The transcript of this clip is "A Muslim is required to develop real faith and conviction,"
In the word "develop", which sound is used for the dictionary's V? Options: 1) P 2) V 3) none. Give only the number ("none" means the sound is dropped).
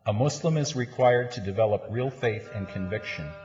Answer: 2